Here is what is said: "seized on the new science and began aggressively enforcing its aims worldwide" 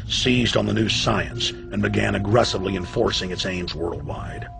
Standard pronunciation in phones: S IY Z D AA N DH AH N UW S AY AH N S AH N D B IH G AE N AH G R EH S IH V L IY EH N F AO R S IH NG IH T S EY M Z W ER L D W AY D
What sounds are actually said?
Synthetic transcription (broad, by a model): S IY Z D N DH AH N UW S AY AH N S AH N B IH G AE N AH G R EH S IH V L IY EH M F AO R S IH NG IH T S EY M Z W ER L D W AY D